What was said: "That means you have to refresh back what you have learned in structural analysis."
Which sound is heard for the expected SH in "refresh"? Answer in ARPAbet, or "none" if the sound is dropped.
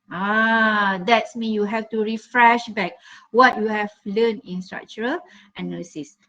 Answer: SH